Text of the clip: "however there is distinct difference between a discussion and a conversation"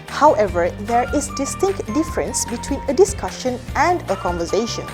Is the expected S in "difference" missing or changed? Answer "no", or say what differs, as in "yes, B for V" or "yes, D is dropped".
no